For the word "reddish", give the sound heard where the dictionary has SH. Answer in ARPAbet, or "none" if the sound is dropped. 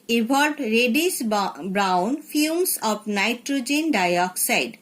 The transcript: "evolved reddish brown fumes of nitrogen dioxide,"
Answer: S